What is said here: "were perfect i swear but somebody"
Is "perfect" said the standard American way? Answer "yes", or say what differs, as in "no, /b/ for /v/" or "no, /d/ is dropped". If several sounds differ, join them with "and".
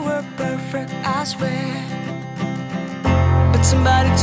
yes